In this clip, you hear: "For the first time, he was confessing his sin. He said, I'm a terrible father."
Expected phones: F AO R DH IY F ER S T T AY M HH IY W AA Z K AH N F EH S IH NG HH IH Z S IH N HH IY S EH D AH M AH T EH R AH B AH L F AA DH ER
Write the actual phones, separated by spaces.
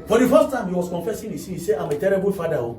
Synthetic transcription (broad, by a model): F AO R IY F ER S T T AY M HH IY W AA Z K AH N F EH S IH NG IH S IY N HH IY S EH AH M AH T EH R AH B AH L F AA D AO